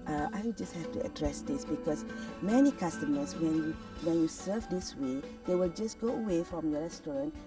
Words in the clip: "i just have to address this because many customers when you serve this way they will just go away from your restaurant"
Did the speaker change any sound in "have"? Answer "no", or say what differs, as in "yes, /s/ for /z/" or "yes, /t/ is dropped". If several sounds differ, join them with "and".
yes, /f/ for /v/